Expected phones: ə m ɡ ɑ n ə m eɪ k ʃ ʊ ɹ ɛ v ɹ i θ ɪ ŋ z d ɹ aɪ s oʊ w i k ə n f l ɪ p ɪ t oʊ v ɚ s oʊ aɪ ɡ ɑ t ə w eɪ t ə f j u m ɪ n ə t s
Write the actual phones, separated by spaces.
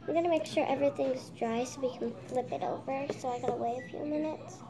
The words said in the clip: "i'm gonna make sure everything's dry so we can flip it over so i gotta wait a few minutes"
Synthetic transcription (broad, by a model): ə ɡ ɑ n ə m eɪ k ʃ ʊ ɹ ɛ v ɹ i θ ɪ ŋ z d ɹ aɪ s oʊ w i k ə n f l ɪ p ɪ t oʊ v ɚ s oʊ aɪ ɡ ɑ t ə w eɪ ə f j u m ɪ n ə t s